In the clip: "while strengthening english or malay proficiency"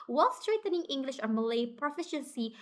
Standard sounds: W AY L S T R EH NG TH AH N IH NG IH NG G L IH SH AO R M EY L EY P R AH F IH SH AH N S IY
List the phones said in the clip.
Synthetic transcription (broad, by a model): W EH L S T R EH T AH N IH NG IH NG G L IH SH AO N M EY L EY P R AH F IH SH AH N S IY